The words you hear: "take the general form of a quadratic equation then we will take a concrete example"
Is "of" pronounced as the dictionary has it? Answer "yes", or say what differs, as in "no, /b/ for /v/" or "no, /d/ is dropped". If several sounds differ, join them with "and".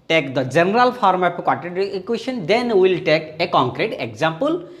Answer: no, /p/ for /v/